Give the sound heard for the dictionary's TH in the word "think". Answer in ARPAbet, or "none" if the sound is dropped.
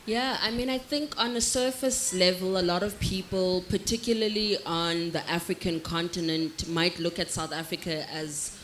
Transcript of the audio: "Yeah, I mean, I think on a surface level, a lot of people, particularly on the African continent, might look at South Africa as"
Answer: TH